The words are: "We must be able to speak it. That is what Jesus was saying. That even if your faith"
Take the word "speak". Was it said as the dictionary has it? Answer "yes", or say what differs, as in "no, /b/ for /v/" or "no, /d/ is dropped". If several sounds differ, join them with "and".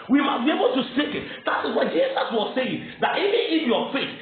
no, /p/ is dropped